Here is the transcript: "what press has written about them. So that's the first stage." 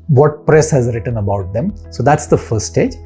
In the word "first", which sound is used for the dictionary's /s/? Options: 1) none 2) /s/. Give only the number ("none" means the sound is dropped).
1